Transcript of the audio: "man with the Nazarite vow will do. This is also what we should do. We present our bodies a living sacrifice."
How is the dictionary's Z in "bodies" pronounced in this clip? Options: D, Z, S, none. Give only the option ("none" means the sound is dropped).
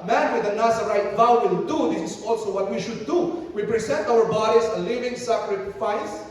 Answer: S